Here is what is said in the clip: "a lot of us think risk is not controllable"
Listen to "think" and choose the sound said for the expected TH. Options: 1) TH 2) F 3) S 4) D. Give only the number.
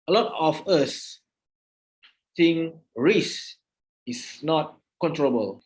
3